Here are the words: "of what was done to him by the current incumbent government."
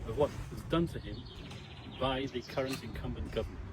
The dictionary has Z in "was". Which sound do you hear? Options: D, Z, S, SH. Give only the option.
Z